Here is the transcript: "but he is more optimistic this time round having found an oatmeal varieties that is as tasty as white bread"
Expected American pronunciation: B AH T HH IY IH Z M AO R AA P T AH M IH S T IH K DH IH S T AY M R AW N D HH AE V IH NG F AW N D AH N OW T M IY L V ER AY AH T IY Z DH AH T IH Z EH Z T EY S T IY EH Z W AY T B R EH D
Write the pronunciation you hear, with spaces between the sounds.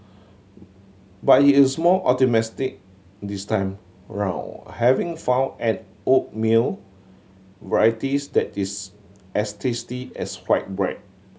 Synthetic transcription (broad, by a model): B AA T HH IY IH S M AO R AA T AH M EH S T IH K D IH S T AY M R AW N HH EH V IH NG F AW N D AH N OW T M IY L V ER AY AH T IY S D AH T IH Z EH S T EY S T IY EH S W AY T B R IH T